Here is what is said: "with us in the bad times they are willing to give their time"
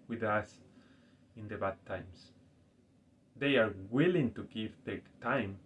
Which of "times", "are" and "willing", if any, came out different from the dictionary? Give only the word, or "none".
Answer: times